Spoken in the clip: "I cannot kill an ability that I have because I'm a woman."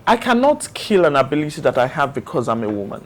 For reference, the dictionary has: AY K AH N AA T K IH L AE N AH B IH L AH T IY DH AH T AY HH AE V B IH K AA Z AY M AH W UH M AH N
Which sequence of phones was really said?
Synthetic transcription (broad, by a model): AY K AH N AA T K IH L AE N AH B IH L AH T IY DH AH T AY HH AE V B IH K AA Z AY M AH W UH M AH N